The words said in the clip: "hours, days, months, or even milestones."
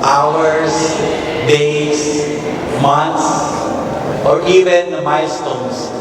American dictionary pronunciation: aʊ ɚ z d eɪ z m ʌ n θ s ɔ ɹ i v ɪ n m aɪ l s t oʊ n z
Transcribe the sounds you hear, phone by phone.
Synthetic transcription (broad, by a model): aʊ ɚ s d eɪ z m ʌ n t s ɔ ɹ i v ɪ n m aɪ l s t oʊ n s